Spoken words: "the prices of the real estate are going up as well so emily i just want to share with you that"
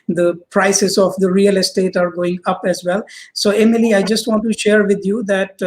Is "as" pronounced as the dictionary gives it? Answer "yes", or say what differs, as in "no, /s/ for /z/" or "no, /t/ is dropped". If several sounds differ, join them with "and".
yes